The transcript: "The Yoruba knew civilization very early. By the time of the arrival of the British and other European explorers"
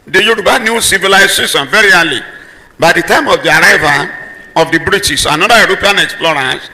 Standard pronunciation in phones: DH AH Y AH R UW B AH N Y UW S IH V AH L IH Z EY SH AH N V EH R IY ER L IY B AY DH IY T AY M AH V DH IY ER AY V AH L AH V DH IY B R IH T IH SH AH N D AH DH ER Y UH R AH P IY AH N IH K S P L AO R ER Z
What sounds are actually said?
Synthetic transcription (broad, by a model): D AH Y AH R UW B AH N Y UW S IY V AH L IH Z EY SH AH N V EH R IY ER L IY B AY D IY T AY M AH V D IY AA AY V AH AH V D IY B R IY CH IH S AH N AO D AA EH R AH P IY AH N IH K S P L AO R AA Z